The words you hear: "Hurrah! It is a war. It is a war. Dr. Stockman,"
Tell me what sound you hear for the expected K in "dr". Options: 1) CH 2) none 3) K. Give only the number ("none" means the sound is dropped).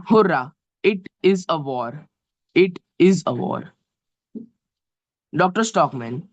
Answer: 3